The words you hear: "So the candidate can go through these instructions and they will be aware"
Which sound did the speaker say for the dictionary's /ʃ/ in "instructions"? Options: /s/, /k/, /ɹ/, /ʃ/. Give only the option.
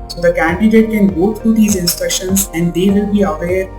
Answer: /ʃ/